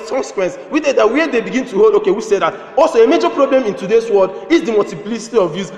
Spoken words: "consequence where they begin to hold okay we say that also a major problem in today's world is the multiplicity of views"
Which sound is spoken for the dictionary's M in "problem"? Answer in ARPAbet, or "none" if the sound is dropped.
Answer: M